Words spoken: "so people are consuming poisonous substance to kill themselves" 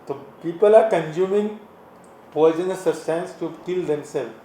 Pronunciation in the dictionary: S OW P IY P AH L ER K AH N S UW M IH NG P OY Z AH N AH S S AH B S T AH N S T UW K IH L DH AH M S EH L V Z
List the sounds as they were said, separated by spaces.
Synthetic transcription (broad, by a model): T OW P IY P AH L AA K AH N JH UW M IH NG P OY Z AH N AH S S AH S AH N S T UW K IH L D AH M S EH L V